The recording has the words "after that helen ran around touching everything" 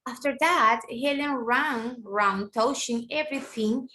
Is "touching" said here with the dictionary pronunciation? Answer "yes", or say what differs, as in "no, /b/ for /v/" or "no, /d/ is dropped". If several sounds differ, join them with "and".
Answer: no, /ʃ/ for /tʃ/